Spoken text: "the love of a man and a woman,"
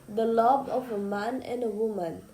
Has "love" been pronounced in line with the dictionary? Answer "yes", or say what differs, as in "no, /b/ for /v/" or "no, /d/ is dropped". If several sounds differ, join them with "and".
no, /b/ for /v/